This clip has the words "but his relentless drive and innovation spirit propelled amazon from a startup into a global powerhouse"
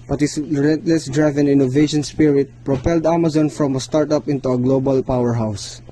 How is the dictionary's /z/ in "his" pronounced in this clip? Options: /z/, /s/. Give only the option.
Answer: /s/